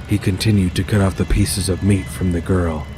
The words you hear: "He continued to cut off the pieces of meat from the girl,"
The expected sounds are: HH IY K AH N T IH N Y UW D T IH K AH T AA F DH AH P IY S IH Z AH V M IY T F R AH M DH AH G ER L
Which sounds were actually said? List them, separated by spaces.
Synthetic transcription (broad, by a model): HH IY K AH N T IH N Y UW D T IH K AH T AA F DH AH P IY S IH Z AH V M IY T F R AH M DH AH G ER L